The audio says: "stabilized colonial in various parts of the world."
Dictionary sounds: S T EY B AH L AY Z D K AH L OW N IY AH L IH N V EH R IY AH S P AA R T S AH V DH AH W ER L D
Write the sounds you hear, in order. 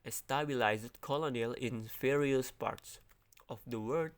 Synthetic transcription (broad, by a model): S T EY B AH L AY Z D K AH L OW N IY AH L IH N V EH R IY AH S P AA R T S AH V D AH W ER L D